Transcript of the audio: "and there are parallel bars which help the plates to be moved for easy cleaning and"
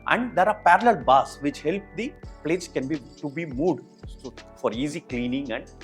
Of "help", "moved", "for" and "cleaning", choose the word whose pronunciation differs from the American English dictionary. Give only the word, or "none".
moved